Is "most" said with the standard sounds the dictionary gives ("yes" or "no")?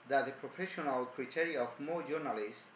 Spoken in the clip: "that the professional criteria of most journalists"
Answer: no